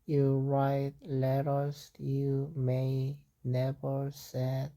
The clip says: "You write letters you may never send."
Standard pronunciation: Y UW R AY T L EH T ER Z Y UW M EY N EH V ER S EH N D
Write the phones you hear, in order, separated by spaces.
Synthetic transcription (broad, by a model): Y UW R AY T L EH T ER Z Y UW M EY N EH V ER S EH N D